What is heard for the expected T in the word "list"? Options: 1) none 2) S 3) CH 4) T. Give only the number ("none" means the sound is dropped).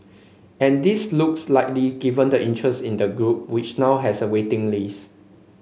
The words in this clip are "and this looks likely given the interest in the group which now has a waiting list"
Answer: 1